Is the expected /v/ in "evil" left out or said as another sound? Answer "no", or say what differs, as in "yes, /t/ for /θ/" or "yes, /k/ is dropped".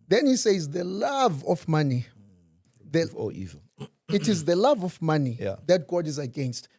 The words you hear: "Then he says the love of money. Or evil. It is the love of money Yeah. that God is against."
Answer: yes, /v/ is dropped